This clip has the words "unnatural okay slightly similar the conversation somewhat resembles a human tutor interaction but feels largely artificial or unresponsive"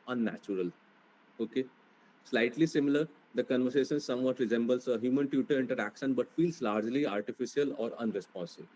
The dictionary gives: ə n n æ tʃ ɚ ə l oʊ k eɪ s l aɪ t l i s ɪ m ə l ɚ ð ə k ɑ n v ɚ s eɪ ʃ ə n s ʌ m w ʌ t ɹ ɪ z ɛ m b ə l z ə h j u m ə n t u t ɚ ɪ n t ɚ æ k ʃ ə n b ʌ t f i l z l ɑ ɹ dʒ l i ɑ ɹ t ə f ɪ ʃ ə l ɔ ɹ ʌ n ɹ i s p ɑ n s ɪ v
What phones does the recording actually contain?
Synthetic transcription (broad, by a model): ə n n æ tʃ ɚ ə l oʊ k eɪ s l aɪ t l i s ɪ m ə l ɚ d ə k ɑ n v ɚ s eɪ ʃ ə n s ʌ m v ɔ t ɹ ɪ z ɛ m b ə l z ə h j u m ə n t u t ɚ ɪ n t ɚ æ k ʃ ə n b ʌ t f i l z l ɑ ɹ dʒ l i ɑ ɹ t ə f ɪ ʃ ə l ɔ ɹ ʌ n ɹ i s p ɑ n s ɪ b